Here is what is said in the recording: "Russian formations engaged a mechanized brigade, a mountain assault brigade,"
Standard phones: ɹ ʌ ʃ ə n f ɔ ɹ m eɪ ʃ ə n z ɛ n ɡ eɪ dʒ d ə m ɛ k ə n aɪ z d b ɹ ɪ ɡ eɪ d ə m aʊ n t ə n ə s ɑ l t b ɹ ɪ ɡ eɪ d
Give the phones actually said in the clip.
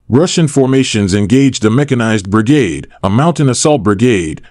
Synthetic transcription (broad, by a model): ɹ ʌ ʃ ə n f ɔ ɹ m eɪ ʃ ə n z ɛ n ɡ eɪ dʒ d ə m ɛ k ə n aɪ z b ɹ ɪ ɡ eɪ d ə m aʊ n t ə n ə s ɑ l t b ɹ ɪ ɡ eɪ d